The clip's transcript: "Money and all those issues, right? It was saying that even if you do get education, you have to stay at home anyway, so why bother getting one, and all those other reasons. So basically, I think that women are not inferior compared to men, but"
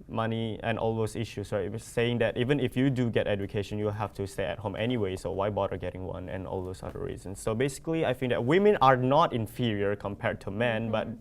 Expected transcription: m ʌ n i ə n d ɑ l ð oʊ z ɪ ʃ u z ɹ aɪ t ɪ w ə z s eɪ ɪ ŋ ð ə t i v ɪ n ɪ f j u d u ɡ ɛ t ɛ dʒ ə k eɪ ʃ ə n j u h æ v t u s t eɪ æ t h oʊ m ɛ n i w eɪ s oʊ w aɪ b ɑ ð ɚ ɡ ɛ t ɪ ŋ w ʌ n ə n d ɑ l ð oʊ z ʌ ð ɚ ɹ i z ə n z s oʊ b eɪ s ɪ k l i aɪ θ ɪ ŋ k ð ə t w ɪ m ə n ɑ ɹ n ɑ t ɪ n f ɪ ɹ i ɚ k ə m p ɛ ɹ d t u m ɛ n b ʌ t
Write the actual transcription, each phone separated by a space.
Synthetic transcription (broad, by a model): m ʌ n i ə n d ɑ l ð oʊ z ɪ ʃ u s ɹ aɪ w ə s eɪ ɪ ŋ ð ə t i v ɪ n ɪ f j u d u ɡ ɛ t ɛ dʒ ə k eɪ ʃ ə n j u h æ f t u s t eɪ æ t h oʊ m ɛ n i w eɪ s oʊ w aɪ b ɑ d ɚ ɡ ɛ t ɪ ŋ w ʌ n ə n ɑ l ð oʊ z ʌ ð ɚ ɹ i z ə n s oʊ b eɪ s ɪ k l i aɪ f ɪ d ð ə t w ɪ m ə n ɑ ɹ n ɑ t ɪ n f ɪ ɹ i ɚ k ə m p ɛ ɹ d t u m ɛ n b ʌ t